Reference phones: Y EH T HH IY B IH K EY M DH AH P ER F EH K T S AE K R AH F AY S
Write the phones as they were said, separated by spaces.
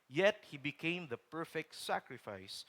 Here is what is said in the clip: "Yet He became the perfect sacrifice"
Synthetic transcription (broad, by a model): Y EH T HH IY B IH K EY M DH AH P ER F EH K T S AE K R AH F AY S